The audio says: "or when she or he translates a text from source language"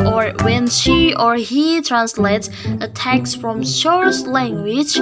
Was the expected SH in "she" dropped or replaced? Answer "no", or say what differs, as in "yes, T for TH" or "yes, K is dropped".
no